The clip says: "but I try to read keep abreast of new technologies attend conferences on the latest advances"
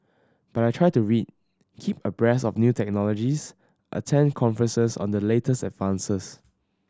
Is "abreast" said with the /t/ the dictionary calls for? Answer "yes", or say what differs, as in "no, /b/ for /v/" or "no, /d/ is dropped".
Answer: no, /t/ is dropped